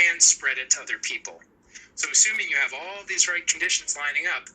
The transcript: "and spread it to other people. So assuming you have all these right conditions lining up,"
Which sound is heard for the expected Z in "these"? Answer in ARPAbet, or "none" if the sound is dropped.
Z